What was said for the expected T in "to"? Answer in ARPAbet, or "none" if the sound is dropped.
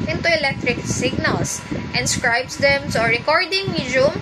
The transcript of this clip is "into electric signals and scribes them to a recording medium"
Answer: S